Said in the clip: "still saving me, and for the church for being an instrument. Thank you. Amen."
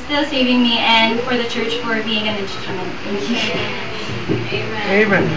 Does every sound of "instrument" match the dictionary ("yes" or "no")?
no